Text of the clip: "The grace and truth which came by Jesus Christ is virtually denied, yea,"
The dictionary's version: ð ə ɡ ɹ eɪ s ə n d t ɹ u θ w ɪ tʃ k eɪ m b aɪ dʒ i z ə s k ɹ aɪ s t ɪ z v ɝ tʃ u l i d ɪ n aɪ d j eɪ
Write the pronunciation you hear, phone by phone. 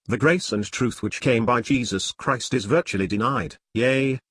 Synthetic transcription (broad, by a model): ð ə ɡ ɹ eɪ s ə n t ɹ u θ w ɪ tʃ k eɪ m b aɪ dʒ i z ə s k ɹ aɪ s t ɪ z v ɝ tʃ u l i d ɪ n aɪ d j eɪ